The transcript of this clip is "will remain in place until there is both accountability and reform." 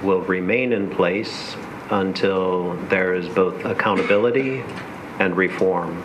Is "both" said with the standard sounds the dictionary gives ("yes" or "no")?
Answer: yes